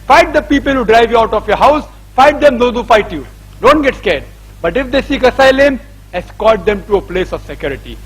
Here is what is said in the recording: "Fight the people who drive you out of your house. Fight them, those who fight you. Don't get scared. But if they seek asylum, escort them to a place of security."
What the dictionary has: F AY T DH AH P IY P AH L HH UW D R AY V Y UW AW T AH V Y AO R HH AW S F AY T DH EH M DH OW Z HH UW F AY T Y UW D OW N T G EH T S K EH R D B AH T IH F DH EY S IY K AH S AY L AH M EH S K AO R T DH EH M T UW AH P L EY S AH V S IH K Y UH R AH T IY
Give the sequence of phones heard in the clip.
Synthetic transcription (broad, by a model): F AY T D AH P IY P AH L HH UW D R AY V Y UW AW T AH F Y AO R HH AW S F AY T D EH M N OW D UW F AY T Y UW D OW N T G EH T S K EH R D B AH T IH F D EY S IY K AH S AY L AH M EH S K AO L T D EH M T UW AH P L EY S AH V S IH K Y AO R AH T IY